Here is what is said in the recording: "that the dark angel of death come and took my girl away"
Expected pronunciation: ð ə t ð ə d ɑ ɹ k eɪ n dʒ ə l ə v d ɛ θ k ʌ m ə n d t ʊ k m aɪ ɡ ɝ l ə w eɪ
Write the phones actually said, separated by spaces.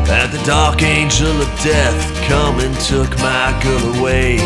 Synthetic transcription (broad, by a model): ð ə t ð ə d ɑ ɹ k eɪ n dʒ ə l ə v d ɛ θ k ʌ m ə n t ʊ k m aɪ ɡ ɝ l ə w eɪ